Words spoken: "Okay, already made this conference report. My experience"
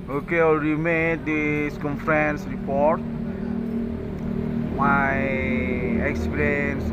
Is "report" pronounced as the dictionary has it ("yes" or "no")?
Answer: yes